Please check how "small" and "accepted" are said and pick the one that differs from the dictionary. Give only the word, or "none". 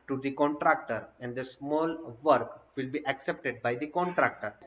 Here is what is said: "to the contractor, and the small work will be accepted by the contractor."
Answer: none